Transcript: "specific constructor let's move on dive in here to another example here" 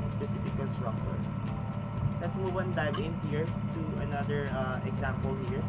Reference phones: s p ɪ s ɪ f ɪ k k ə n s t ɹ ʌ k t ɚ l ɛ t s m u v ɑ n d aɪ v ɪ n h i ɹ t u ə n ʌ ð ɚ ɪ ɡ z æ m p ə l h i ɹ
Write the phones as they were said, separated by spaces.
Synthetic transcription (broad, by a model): s p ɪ s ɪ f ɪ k k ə l s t ɹ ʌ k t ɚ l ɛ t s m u w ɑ n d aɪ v ɪ n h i ɹ t u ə n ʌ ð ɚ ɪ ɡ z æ m p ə l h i ɹ